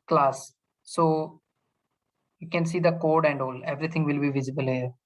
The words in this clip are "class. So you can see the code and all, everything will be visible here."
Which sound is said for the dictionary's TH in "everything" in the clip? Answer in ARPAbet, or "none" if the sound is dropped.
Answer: T